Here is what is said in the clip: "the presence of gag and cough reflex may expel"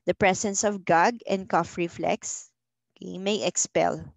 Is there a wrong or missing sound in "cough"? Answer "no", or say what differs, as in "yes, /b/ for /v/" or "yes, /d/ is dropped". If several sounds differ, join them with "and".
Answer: no